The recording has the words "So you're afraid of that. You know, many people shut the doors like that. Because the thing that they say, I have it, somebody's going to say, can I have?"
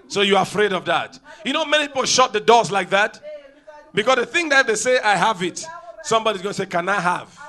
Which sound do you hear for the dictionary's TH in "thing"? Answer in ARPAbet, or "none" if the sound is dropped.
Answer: TH